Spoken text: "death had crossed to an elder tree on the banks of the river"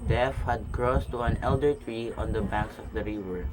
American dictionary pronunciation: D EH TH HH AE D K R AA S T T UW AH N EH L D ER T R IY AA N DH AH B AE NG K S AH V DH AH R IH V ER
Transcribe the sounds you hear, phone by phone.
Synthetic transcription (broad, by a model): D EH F HH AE D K R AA S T T UW AH N EH L D ER T R IY AA N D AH B AE NG K S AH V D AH R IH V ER